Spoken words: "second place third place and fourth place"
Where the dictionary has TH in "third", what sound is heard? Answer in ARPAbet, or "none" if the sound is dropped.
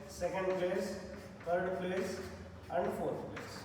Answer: T